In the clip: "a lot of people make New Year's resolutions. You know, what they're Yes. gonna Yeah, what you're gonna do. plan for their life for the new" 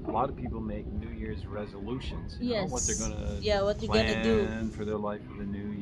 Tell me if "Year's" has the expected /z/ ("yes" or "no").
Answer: yes